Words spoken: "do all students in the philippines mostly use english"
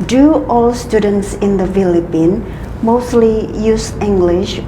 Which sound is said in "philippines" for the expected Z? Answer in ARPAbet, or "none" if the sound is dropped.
none